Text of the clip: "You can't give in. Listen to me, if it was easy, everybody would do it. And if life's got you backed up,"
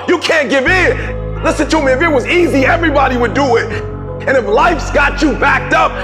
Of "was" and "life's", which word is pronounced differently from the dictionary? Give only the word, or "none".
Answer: none